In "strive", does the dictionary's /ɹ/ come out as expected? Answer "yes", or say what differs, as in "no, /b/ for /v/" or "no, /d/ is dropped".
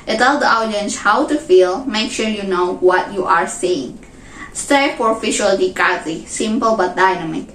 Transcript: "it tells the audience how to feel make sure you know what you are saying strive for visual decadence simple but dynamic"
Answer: no, /ɹ/ is dropped